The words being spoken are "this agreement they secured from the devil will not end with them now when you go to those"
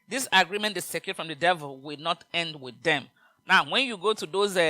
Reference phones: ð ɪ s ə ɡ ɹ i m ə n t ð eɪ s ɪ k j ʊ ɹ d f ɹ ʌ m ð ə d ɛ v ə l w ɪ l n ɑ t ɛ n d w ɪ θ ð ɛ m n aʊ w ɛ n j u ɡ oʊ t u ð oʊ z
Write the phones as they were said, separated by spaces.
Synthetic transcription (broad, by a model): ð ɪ s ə ɡ ɹ i m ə n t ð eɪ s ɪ k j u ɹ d f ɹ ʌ m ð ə d ɛ v ə l w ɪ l n ɑ t ɛ n d w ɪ ð ɛ m n aʊ w ɛ n j u ɡ oʊ t u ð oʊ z